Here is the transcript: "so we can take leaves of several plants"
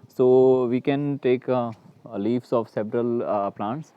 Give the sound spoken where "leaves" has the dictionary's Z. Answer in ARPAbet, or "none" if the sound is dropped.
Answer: S